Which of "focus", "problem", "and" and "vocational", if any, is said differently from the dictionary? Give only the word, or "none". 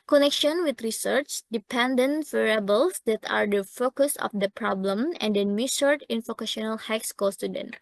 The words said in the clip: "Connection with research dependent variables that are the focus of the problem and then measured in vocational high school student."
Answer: vocational